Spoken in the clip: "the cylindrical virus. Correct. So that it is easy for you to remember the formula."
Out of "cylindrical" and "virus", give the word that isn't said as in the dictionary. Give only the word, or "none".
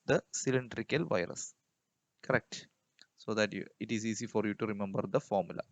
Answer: none